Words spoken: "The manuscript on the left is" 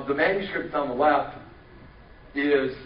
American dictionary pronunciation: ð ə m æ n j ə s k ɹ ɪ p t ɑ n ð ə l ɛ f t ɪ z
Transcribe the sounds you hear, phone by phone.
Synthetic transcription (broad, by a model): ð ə m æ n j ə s ɹ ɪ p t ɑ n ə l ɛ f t ɪ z